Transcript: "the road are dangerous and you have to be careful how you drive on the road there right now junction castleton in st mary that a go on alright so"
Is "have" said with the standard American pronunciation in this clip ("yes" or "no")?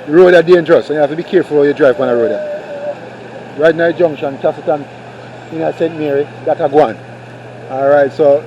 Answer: no